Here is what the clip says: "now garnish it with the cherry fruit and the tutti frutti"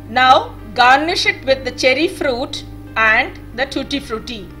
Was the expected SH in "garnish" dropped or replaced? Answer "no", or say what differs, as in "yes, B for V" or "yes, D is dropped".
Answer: no